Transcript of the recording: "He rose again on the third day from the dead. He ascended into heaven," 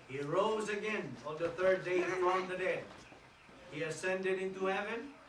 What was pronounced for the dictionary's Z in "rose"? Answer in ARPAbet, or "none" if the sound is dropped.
Z